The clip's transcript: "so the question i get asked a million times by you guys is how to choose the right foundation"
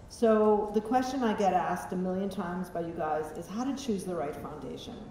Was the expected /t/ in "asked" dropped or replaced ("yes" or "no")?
no